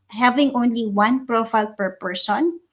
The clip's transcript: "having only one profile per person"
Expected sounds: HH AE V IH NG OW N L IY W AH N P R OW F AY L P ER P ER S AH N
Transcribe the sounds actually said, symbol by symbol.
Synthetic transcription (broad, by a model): HH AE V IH NG OW N L IY W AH N P R OW F AY L P ER P ER S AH N